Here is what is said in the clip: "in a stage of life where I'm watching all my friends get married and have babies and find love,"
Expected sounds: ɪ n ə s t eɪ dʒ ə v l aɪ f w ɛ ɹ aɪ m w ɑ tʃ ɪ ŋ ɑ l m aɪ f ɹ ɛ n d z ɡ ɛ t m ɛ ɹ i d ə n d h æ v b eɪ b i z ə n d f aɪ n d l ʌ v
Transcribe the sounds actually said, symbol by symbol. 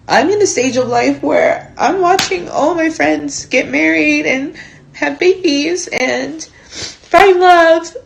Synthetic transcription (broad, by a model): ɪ n ə s t eɪ dʒ ə v l aɪ f w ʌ ɹ aɪ m w ɑ tʃ ɪ ŋ ɑ l m aɪ f ɹ ɛ n d z ɡ ɛ t m ɛ ɹ i d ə n h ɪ v b eɪ b i z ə n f aɪ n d l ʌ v